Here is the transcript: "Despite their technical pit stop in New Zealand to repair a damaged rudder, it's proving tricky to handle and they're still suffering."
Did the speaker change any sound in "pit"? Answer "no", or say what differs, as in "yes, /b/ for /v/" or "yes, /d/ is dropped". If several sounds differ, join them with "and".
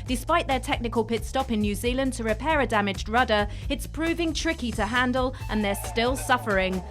no